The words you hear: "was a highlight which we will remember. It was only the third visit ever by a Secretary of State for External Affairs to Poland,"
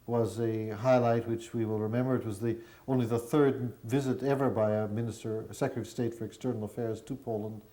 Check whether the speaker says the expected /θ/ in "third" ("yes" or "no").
yes